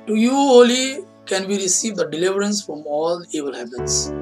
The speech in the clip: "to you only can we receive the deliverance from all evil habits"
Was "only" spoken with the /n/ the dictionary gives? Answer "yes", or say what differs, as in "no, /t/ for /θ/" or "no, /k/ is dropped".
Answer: no, /n/ is dropped